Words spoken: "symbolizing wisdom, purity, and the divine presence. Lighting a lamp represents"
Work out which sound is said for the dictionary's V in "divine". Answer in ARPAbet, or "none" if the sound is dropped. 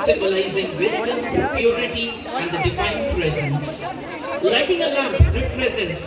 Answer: F